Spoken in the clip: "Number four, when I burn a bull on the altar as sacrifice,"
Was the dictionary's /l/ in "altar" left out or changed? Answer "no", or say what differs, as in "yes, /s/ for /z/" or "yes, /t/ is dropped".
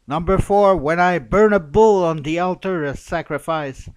no